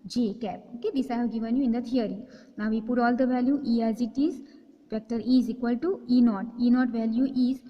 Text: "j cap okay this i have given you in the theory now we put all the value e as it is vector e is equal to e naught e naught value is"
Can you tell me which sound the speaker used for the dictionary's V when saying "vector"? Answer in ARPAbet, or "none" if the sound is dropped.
P